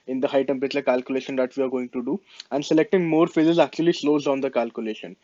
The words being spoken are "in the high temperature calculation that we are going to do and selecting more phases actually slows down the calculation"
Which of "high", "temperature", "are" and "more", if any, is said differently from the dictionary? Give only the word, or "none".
none